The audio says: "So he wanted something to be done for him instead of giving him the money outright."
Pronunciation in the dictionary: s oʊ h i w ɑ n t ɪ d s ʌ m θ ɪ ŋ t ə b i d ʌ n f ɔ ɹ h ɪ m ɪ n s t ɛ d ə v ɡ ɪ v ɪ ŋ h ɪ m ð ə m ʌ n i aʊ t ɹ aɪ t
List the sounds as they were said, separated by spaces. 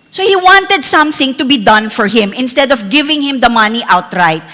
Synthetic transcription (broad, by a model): s oʊ h i w ɑ n t ɪ d s ʌ m θ ɪ ŋ t ə b i d ʌ n f ɔ ɹ h ɪ m ɪ n s t ɛ d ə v ɡ ɪ v ɪ ŋ h ɪ m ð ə m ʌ n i aʊ t ɹ aɪ t